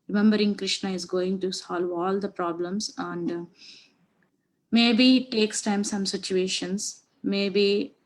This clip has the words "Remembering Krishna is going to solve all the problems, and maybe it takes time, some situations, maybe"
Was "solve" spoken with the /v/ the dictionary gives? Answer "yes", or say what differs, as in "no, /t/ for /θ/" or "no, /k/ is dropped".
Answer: yes